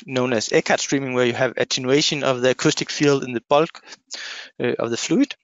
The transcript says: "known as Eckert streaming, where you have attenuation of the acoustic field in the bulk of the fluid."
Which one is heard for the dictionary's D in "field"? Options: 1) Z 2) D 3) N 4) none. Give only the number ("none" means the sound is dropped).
2